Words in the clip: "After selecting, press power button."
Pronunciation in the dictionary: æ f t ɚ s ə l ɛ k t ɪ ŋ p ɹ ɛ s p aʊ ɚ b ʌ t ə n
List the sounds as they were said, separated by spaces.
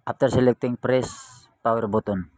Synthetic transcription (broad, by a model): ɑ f t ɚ s ə l ɛ k t ɪ ŋ p ɹ ɛ s p aʊ ɚ b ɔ t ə n